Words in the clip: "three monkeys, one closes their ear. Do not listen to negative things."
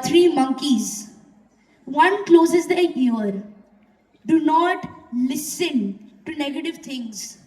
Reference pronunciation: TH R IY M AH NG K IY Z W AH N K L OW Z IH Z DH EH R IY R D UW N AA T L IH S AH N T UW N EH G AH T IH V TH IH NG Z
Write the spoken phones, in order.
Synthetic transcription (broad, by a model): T R IY M AH NG K IY Z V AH N K L OW Z IH Z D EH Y IY R D UW N AA T L IH S AH N T UW N EH G AH T IH V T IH NG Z